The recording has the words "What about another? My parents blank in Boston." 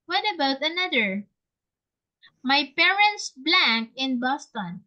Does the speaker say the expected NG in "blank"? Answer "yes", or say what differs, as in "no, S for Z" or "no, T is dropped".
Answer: yes